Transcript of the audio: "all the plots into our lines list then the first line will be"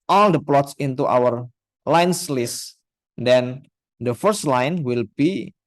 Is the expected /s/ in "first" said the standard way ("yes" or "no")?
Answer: yes